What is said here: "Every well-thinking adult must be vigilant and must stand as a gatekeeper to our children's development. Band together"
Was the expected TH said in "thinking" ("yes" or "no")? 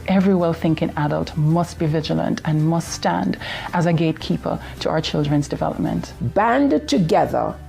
yes